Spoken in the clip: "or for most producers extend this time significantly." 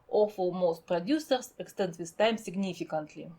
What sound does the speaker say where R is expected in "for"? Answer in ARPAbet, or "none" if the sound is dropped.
L